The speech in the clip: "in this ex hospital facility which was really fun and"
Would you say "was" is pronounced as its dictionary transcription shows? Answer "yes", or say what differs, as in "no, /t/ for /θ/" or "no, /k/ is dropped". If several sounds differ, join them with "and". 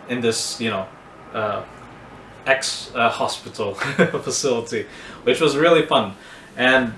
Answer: yes